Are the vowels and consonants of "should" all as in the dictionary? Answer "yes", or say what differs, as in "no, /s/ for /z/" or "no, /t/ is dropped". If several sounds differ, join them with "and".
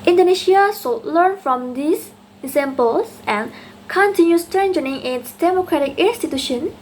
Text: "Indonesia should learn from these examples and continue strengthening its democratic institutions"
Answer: no, /s/ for /ʃ/